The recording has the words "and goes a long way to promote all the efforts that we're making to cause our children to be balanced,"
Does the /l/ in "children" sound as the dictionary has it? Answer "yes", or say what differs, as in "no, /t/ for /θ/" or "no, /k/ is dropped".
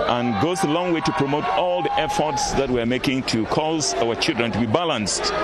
yes